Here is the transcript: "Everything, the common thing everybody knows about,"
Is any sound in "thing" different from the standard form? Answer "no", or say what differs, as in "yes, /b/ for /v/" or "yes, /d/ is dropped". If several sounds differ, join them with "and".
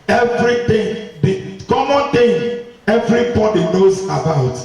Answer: yes, /t/ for /θ/